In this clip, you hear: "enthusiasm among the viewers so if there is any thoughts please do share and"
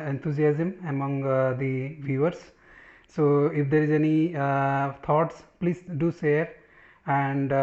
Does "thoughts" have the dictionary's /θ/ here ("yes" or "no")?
no